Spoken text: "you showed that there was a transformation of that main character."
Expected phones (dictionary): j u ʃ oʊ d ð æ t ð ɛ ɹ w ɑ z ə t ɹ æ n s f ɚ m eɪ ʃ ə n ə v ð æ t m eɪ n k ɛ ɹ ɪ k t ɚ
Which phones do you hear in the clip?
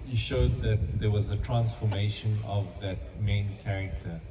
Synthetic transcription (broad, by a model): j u ʃ oʊ d ð æ t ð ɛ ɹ w ɑ z ə t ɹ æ n s f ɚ m eɪ ʃ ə n ə v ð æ t m eɪ n k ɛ ɹ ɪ k t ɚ